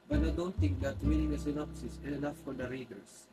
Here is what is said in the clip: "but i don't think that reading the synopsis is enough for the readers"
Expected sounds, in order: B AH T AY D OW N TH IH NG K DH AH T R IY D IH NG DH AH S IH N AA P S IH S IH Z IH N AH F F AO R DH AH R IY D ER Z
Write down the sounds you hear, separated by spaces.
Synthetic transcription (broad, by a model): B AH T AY D OW N T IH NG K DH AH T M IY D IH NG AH S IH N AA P S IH S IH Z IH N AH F F AO R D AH R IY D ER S